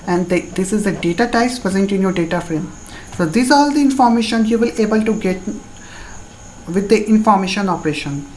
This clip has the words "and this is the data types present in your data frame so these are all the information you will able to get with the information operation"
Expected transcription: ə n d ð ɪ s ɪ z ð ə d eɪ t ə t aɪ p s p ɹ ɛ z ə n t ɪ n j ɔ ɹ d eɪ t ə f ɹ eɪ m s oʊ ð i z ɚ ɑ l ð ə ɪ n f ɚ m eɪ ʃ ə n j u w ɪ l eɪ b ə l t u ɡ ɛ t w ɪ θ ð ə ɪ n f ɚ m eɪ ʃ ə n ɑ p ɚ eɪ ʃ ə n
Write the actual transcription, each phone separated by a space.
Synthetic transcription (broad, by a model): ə n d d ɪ s ɪ z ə d eɪ t ə t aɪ s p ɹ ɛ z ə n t ɪ n j ɔ ɹ d eɪ t ə f ɹ eɪ m s oʊ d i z ɑ l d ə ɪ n f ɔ m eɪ ʃ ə n j u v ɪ l eɪ b ə l t u ɡ ɛ t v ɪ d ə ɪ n f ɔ m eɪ ʃ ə n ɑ p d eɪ ʃ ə n